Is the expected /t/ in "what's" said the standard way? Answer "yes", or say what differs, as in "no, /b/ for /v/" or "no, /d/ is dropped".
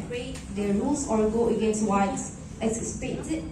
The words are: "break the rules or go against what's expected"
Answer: no, /s/ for /t/